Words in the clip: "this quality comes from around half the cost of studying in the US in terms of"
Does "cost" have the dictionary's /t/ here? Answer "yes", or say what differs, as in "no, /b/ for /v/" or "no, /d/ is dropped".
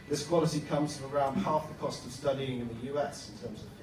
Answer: yes